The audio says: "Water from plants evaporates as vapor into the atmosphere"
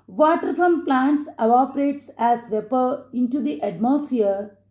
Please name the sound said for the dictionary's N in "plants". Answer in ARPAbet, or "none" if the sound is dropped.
N